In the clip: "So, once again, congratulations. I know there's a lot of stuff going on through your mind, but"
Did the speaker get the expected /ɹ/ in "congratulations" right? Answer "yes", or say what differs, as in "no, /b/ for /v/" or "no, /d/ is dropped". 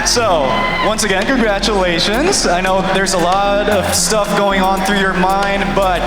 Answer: yes